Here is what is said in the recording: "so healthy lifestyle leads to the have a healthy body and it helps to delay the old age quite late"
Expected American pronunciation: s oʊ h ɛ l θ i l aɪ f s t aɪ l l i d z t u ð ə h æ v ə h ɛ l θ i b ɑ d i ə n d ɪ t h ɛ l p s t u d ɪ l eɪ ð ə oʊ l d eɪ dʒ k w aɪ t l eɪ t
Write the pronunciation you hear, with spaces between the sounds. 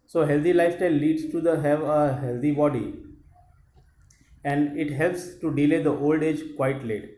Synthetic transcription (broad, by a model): s oʊ h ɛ l t i l aɪ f t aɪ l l i d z t u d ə h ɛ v ə h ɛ l t i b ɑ d i ə n d ɪ t h ɛ l p s t u d ɪ l eɪ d ə oʊ l d eɪ dʒ k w aɪ t l eɪ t